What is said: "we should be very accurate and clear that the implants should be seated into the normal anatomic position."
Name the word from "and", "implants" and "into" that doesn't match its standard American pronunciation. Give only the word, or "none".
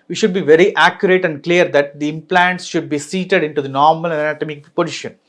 none